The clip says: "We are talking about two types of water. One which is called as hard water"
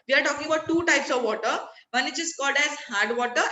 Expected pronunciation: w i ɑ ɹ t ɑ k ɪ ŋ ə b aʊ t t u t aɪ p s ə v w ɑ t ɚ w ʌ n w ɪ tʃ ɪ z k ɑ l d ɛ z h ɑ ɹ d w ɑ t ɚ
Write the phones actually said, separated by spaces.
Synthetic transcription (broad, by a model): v i ɑ ɹ t ɑ k ɪ ŋ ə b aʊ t t u t aɪ p s ə v ɑ t ɚ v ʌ n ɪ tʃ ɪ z k ɑ l d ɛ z h ɑ ɹ d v ɑ t ɚ